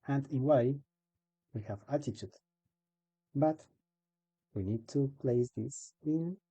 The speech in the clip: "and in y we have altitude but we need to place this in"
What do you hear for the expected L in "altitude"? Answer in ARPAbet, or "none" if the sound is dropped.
none